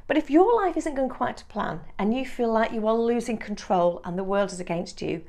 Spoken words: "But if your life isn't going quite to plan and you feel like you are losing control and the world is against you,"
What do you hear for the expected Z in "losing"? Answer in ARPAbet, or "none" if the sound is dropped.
Z